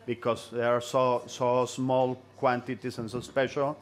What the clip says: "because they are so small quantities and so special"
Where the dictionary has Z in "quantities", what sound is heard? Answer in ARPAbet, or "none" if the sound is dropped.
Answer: S